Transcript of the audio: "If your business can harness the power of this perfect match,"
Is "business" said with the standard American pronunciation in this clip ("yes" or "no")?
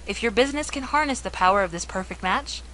yes